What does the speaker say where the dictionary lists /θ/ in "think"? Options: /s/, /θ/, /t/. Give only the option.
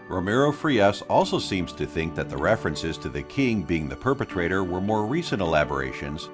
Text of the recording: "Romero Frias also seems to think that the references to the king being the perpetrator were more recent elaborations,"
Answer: /θ/